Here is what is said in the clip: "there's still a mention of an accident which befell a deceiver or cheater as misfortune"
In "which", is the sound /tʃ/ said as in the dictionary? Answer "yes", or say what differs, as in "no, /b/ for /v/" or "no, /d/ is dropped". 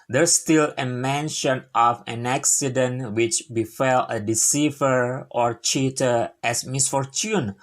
yes